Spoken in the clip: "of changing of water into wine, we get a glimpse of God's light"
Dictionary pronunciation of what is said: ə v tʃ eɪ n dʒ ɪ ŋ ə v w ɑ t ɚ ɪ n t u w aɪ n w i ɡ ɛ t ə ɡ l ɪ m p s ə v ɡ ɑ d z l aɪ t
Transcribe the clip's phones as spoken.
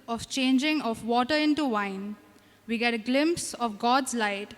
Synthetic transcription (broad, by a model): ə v tʃ eɪ n dʒ ɪ ŋ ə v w ɑ t ɚ ɪ n t u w aɪ n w i ɡ ɛ t ə ɡ l ɪ m p s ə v ɡ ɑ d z l aɪ t